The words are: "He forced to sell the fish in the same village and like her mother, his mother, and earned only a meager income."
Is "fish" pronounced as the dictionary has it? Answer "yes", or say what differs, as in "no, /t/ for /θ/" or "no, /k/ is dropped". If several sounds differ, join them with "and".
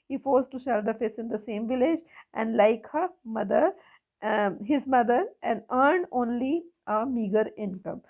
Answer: no, /s/ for /ʃ/